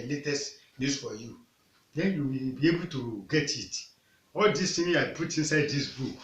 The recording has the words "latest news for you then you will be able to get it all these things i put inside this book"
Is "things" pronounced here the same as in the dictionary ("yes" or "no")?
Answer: no